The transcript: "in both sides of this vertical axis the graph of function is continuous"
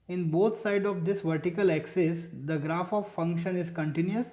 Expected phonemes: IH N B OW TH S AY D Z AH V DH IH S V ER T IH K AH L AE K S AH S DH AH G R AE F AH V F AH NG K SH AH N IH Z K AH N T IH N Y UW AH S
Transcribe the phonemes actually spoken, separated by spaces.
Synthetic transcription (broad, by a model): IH N B OW T S AY D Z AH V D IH S V ER T IH K AH L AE K S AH S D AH G R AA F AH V F AH NG K SH AH N IH Z K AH N T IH N Y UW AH S